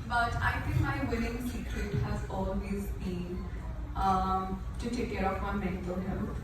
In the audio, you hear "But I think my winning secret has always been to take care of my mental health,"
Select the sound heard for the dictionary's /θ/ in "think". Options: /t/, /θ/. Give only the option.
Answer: /t/